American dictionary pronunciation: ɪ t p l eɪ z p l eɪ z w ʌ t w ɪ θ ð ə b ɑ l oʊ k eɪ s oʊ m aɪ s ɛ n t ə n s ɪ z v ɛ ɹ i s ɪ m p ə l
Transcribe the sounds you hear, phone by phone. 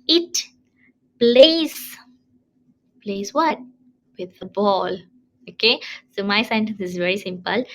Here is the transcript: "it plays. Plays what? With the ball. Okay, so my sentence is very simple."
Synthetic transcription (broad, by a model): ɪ t p l eɪ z p l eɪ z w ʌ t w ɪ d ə b ɑ l oʊ k eɪ s oʊ m aɪ s ɛ n t ə n s ɪ z v ɛ ɹ i s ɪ m p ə l